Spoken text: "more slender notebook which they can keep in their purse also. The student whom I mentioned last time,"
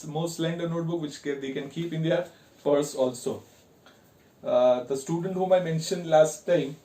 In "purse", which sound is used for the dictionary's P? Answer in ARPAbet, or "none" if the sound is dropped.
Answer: P